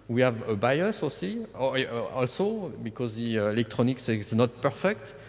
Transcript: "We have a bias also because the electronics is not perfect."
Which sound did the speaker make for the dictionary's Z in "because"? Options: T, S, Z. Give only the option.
Z